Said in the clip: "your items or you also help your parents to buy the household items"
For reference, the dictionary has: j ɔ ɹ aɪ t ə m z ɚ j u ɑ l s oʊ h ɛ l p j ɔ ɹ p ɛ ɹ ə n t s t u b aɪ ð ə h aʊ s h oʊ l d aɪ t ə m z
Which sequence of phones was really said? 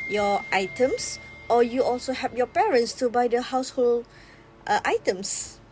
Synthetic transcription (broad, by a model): j ɔ aɪ t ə m s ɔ j u ɑ l s oʊ h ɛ p j ɔ p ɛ ɹ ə n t s t u b aɪ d ə h aʊ s h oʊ l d aɪ t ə m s